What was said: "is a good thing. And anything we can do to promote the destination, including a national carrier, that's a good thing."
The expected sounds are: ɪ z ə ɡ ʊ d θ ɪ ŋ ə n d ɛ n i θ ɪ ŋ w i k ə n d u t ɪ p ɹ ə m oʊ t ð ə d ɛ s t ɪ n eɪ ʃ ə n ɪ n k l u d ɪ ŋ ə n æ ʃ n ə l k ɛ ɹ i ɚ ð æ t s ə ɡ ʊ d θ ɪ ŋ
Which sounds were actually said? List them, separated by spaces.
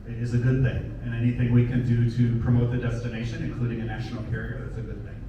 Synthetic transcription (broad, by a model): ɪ z ə ɡ ʊ d θ ɪ ŋ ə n ɛ n i θ ɪ ŋ w i k ə n d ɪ t ɪ p ɹ ə m oʊ t ð ə d ɛ s t ɪ n eɪ ʃ ə n ɪ n k l u d ɪ ŋ ə n æ ʃ n l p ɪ ɹ i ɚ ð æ t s ə ɡ ʊ d θ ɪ ŋ